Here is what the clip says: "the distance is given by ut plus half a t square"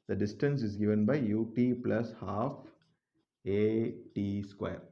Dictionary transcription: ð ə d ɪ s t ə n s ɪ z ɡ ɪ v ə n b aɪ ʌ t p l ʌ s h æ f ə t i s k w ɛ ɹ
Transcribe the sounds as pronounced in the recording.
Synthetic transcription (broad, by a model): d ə d ɪ s t ə n s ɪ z ɡ ɪ v ə n b aɪ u t p l ʌ s h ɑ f ə t i s k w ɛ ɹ